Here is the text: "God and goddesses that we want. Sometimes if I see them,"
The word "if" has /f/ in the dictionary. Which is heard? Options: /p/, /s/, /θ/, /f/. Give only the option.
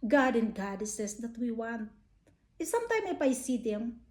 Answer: /p/